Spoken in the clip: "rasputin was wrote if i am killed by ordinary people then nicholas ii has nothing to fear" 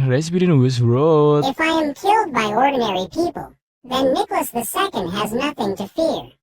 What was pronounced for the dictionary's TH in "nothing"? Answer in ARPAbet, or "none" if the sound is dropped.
TH